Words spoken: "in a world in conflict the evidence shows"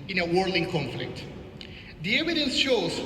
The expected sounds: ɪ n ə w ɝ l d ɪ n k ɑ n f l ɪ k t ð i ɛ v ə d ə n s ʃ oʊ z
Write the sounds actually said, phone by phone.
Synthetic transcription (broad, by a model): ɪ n ə w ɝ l ɪ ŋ k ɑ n f l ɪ k t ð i ɛ v ə d ə n s ʃ oʊ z